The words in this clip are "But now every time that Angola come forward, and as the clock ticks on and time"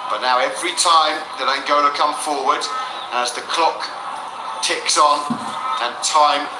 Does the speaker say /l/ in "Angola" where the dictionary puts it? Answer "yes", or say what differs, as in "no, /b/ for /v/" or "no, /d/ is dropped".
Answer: no, /n/ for /l/